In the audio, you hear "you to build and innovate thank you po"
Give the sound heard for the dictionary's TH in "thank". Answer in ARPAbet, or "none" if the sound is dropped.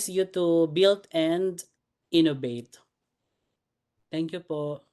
T